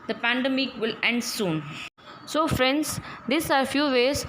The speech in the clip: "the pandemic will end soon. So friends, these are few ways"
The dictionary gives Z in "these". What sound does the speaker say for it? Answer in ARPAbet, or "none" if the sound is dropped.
S